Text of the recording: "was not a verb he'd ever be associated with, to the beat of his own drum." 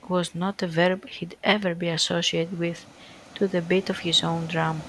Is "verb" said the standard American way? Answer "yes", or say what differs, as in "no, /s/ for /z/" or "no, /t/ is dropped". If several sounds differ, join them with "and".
yes